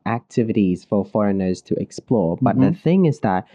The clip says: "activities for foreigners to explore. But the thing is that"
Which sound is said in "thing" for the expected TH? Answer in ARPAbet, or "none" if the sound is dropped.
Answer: TH